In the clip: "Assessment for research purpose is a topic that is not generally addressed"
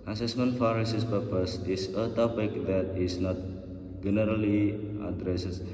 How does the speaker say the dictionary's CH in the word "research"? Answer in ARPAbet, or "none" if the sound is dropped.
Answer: S